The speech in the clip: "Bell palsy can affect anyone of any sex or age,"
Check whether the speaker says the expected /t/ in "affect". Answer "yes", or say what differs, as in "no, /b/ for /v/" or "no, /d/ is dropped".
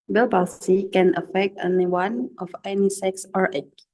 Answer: yes